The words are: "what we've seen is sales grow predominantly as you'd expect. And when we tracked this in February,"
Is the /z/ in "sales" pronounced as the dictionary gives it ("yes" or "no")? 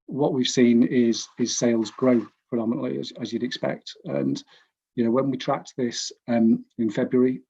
yes